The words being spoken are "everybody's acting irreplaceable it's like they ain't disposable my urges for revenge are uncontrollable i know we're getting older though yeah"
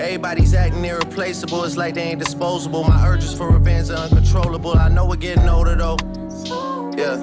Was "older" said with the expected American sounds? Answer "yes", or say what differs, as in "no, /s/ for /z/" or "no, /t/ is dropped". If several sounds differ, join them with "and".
no, /l/ is dropped